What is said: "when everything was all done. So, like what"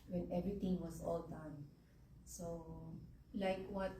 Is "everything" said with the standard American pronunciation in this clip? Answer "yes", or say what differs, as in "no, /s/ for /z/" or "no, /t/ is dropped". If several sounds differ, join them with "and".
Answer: no, /t/ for /θ/